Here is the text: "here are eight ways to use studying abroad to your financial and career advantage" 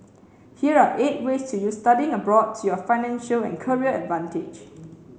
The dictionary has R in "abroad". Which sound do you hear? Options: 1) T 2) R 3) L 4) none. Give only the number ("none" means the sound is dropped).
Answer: 2